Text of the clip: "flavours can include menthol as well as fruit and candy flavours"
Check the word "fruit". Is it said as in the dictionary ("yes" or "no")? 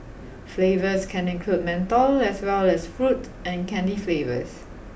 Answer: yes